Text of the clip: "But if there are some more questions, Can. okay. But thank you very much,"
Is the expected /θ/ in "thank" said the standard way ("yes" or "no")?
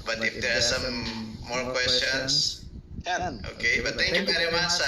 no